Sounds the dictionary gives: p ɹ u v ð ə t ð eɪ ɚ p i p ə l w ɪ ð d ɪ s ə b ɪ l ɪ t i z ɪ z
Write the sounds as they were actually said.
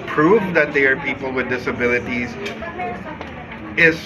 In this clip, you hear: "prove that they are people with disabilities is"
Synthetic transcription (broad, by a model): p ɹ u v ð ə t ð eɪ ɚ p i p l w ɪ ð d ɪ s ə b ɪ l ɪ t i z ɪ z